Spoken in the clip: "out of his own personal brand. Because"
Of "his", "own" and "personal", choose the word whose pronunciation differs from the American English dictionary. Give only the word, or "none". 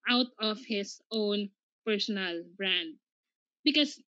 his